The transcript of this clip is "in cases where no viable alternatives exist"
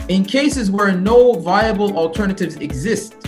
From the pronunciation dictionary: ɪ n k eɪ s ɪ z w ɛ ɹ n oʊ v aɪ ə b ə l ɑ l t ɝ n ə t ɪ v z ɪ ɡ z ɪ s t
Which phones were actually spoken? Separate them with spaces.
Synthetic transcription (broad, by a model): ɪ n k eɪ s ɪ z w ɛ ɹ n oʊ v aɪ ə b ə l ɑ l t ɝ n ə t ɪ v z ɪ ɡ z ɪ s t